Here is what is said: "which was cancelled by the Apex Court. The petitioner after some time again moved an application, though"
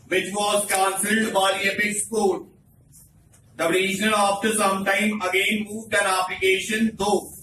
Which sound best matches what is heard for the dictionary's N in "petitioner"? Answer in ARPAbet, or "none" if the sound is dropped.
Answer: L